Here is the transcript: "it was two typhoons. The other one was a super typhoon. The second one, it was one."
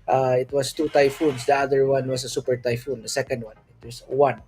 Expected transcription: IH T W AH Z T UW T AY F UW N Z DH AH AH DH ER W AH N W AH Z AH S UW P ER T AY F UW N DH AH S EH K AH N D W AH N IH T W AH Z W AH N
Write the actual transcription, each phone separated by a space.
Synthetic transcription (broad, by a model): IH T W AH S T UW T AY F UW N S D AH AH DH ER W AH N W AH S AH S UW P ER T AY F UW N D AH S EH K AH N D W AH N IH T W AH S W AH N